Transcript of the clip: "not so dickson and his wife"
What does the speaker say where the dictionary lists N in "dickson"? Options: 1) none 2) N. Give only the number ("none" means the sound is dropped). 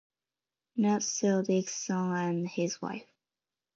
1